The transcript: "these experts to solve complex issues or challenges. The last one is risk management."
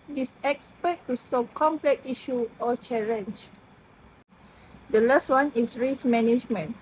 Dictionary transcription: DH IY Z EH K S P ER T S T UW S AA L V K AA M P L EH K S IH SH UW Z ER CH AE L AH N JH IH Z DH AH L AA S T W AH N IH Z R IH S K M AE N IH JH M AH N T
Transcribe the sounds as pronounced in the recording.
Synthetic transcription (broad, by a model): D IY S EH K S P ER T T UW S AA V K AA M P L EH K IY SH UW AO CH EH L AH N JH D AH L AA S T W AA N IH S R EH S M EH N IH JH M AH N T